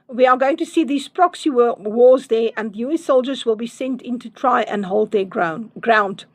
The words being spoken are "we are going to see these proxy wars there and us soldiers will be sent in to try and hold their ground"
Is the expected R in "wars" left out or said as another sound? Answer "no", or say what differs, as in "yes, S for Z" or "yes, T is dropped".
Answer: yes, W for R